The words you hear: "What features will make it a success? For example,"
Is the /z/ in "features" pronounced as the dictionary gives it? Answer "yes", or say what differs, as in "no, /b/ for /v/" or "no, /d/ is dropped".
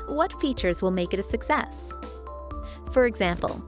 yes